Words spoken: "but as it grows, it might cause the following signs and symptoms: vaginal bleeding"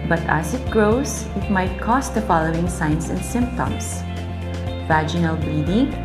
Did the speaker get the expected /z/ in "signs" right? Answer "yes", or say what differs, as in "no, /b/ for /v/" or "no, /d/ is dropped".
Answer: no, /s/ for /z/